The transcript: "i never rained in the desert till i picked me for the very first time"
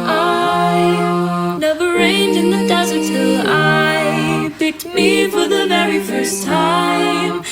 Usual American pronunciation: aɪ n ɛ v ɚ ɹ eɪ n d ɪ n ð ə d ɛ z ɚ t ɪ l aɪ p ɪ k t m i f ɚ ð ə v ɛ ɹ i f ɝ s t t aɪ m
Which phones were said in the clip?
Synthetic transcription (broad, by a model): aɪ n ɛ v ɚ ɹ eɪ n d ɪ n ð ə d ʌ z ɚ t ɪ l aɪ b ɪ t m i f ɚ ð ə v ɛ ɹ i f ɝ s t t aɪ m